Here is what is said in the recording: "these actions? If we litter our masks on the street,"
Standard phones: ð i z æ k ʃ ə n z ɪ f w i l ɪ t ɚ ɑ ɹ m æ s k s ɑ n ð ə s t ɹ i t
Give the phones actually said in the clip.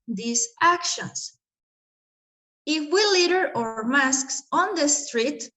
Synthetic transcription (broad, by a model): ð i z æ k ʃ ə n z ɪ f w i l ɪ t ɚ ɑ ɹ m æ s k s ɑ n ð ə s t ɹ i t